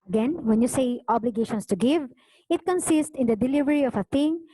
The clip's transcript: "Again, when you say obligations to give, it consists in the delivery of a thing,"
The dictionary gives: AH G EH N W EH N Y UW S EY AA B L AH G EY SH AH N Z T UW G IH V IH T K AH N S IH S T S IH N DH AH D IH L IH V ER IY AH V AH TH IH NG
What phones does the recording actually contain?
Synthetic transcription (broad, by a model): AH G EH N W EH N Y UW S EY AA B L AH G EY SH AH N S T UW G IH V IH T K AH N S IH S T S IH N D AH D IH L IH V ER IY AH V AH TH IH NG